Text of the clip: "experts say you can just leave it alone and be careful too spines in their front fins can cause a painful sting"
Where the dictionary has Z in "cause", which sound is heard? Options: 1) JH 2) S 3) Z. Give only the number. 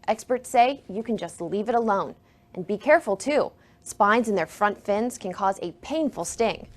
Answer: 3